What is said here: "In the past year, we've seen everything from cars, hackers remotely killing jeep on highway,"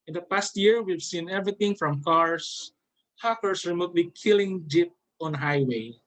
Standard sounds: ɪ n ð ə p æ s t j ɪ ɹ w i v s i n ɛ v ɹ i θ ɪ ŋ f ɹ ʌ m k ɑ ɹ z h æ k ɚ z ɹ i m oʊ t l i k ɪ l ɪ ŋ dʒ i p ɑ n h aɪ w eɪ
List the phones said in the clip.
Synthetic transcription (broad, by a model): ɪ n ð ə p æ s t j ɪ ɹ w i v s i n ɛ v ɹ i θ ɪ ŋ f ɹ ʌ m k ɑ ɹ s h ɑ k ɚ s ɹ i m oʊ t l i k ɪ l ɪ ŋ dʒ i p ɑ n h aɪ w eɪ